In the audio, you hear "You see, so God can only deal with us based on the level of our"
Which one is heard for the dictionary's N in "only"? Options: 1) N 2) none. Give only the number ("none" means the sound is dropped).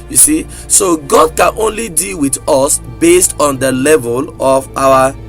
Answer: 1